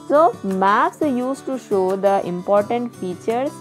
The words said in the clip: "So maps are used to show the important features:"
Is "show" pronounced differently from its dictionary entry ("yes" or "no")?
no